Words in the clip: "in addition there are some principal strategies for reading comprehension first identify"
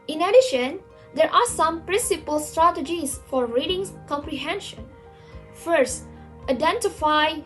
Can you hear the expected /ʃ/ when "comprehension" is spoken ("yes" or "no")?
yes